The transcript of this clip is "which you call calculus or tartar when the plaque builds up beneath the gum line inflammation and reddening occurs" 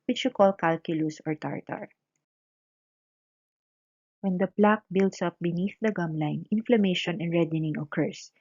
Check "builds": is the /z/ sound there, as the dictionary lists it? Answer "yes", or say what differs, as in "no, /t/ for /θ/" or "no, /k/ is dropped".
no, /s/ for /z/